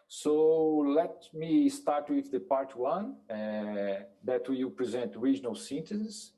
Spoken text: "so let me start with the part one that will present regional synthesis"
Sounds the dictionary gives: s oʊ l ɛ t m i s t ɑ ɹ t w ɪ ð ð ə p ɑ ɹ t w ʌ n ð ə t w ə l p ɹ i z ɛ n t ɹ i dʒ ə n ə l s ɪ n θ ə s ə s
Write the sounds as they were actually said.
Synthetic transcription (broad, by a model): s oʊ l ɛ t m i s t ɑ ɹ t w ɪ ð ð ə p ɑ ɹ t w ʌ n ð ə t w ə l p ɹ i z ɛ n t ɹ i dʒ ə n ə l s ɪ n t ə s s